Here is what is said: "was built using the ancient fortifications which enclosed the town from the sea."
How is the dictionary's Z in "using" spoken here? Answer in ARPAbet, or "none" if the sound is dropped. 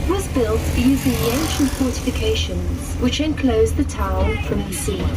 Z